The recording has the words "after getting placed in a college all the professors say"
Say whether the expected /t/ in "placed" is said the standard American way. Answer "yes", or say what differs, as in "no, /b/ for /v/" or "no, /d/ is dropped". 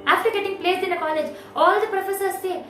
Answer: no, /t/ is dropped